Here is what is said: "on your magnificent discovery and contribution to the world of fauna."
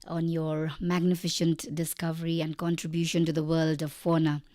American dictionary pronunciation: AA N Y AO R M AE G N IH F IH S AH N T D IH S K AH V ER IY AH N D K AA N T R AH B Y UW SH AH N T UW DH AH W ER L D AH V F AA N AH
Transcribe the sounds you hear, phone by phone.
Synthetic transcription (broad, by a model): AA N Y AO R M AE G N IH F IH SH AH N T D IH S K AH V ER IY AH N D K AA N T R AH B Y UW SH AH N T UW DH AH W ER L D AH V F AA N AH